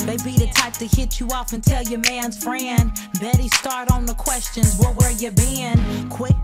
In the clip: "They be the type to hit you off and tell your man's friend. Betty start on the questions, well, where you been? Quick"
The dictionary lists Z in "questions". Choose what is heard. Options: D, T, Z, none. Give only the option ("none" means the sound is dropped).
Z